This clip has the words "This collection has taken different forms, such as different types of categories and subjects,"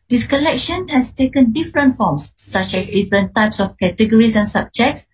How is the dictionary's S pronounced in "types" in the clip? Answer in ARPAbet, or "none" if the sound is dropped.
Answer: S